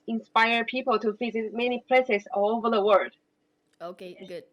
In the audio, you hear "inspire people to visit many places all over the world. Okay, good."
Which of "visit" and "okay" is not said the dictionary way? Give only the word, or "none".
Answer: visit